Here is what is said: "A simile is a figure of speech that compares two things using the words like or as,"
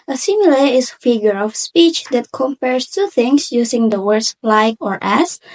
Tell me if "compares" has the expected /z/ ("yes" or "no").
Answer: no